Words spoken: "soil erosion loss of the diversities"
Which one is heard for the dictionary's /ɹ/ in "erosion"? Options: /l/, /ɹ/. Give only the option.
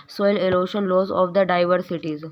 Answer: /l/